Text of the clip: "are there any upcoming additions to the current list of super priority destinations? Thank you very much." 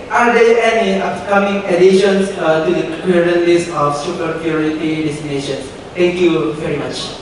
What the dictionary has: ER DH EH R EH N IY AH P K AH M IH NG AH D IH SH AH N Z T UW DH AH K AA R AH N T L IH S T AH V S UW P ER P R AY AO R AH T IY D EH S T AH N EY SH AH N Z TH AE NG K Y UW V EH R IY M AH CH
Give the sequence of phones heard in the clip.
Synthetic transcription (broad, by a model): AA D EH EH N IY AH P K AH M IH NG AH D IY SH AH N S T UW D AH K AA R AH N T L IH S AH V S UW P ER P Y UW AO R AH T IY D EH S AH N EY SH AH N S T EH NG K Y UW V EH R IY M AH CH